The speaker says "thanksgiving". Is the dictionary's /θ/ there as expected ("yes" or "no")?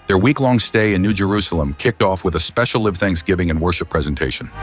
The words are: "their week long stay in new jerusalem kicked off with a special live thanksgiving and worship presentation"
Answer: yes